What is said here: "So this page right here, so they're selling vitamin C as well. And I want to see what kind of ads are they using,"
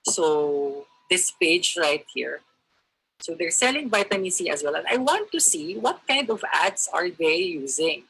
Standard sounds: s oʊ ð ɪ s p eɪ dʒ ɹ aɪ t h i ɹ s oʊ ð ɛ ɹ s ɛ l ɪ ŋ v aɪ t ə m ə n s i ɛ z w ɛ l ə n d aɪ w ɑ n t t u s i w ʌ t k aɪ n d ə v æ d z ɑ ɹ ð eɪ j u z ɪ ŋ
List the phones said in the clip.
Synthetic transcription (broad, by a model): s oʊ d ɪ s p eɪ dʒ ɹ aɪ t h i ɹ s oʊ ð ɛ ɹ s ɛ l ɪ ŋ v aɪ t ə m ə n s i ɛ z w ɛ l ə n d aɪ w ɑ n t t u s i w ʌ t k aɪ n d ə v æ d s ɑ ɹ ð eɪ j u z ɪ ŋ